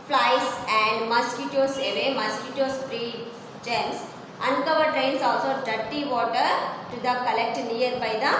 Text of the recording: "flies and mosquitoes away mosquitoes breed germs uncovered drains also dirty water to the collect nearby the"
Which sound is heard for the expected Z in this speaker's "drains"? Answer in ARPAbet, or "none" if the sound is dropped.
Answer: S